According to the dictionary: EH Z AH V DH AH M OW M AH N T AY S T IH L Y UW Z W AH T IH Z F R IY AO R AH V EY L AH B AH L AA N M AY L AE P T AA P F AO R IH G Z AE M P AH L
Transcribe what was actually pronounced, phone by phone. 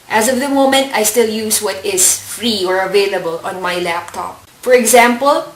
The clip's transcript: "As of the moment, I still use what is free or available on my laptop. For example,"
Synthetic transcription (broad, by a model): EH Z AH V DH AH M OW M AH N T AY S T IH L Y UW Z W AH T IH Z F R IY AO R AH V EY L AH B AH L AA N M AY L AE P T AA P F AO R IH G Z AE M P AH L